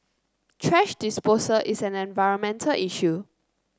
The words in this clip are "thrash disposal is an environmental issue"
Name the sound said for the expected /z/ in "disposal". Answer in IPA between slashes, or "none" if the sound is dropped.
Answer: /s/